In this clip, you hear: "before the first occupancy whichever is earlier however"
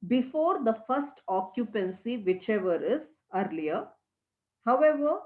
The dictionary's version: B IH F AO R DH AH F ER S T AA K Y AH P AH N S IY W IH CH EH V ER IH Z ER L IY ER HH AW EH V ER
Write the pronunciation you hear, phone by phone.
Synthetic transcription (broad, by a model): B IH F AO R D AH F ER S T AA K Y AH P AH N S IY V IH CH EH V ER IH Z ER L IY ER HH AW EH V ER